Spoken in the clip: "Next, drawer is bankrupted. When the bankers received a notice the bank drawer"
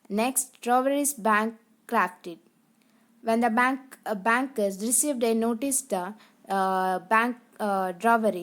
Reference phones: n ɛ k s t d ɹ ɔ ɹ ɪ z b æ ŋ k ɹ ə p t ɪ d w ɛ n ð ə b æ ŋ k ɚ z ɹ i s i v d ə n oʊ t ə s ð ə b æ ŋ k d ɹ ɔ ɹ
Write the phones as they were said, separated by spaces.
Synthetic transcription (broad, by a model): n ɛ k s t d ɹ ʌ ɹ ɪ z b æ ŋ k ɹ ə f t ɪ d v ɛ n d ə b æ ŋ k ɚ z ɹ i s i v d ə n oʊ t ə s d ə b æ ŋ k d ɹ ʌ ɹ